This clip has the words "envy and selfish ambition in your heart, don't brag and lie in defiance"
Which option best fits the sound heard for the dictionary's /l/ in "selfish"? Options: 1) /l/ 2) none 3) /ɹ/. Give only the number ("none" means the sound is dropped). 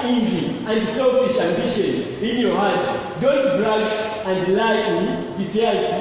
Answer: 2